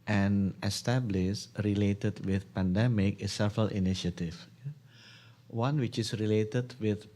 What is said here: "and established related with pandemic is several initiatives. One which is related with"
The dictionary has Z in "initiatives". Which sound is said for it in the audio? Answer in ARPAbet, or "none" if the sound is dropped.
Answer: none